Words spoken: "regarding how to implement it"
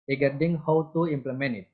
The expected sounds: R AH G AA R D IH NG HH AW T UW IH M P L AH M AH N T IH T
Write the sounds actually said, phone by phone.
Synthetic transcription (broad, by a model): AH G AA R D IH NG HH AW T UW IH M P L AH M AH N IH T